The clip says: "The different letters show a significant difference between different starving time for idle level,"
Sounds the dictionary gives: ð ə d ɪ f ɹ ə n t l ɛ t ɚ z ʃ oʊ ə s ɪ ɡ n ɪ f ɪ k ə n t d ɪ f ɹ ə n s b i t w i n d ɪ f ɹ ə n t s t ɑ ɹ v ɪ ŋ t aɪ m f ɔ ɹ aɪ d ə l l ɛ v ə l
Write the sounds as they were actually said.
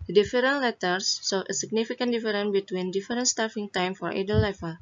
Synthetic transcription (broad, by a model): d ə d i f ɹ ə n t l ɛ t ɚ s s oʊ ə s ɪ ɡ n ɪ f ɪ k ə n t d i f ɹ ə n b i t w i n d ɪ f ɹ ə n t s t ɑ ɹ f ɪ ŋ t aɪ m f ɔ ɹ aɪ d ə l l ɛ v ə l